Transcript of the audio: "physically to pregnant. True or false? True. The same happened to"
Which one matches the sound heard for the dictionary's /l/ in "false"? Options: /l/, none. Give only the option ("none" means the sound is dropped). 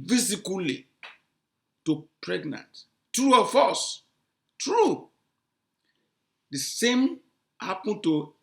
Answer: none